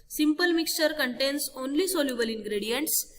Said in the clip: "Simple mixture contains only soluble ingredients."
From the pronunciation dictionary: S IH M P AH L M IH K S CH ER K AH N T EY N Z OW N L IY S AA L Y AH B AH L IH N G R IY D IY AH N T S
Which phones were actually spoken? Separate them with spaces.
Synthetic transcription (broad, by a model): S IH M P AH L M IH K S CH ER K AH N T EY N S OW N L IY S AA L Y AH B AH L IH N G R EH D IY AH N T S